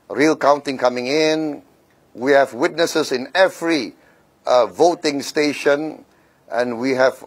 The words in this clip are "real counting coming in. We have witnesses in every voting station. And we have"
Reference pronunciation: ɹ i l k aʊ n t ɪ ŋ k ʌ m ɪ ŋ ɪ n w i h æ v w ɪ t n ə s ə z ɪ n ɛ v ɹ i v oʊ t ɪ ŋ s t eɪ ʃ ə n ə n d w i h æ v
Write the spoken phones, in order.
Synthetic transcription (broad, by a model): ɹ i l k aʊ n t ɪ ŋ k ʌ m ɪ ŋ ɪ n w i h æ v w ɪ t n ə s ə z ɪ n ɛ v ɹ i v oʊ t ɪ ŋ s t eɪ ʃ ə n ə n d w i h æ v